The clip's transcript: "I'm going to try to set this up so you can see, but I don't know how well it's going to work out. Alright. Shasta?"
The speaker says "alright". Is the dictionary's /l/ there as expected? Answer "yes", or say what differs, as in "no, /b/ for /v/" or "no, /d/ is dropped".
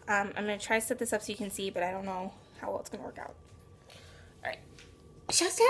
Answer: no, /l/ is dropped